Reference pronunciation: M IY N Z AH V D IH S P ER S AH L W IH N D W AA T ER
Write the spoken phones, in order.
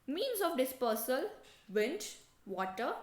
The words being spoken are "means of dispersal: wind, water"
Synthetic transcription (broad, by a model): M IY N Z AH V D IH S P ER S AH L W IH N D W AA T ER